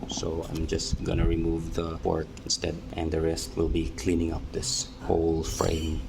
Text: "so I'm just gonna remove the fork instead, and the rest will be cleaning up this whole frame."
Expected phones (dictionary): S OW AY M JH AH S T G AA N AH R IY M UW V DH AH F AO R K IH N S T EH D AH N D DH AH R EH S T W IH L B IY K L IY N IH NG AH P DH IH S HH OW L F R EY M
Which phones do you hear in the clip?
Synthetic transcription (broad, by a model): S OW AY M JH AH S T G AA N AH R IY M UW V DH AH P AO R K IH N S T EH D AH N D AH R EH S T W IH L B IY K L IY N IH NG AH P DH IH S HH OW L F R EY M